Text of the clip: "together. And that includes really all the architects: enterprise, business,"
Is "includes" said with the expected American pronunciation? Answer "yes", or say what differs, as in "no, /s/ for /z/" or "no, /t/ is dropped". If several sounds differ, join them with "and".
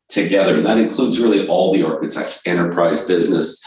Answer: yes